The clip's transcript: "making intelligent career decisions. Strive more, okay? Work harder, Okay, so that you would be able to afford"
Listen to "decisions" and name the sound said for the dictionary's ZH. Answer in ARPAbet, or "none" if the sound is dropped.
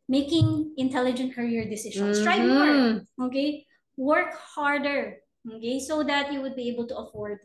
SH